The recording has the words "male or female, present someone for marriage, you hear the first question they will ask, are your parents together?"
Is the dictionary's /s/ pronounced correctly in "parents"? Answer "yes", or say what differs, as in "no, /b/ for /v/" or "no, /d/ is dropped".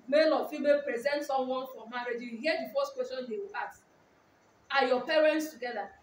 yes